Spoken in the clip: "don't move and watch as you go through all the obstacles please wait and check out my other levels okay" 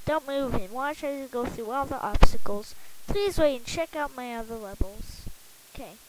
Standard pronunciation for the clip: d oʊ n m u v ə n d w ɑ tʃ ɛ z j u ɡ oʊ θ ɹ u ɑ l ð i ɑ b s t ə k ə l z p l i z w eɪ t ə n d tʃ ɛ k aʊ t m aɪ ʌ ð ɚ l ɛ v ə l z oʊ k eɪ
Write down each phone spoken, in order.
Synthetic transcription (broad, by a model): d oʊ n m u v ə n w ɑ tʃ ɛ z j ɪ ɡ oʊ θ ɹ u ɑ l ð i ɑ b s t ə k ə l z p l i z w eɪ ə n tʃ ɛ k aʊ t m aɪ ʌ ð ɚ l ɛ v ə l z oʊ k eɪ